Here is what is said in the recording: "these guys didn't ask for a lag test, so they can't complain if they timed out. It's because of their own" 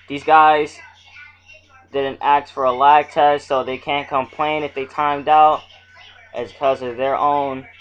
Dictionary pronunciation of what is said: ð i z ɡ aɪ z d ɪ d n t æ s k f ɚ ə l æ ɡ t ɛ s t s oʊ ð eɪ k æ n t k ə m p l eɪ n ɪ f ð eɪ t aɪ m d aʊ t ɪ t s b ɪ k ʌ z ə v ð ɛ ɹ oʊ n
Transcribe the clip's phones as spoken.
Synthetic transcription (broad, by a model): ð i z ɡ aɪ z d ɪ d n t æ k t f ɚ ə l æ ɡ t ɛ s s oʊ ð eɪ k æ n k ə m p l eɪ n ɪ f ð eɪ t aɪ m d aʊ t t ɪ k ʌ z ə v ð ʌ ɹ oʊ n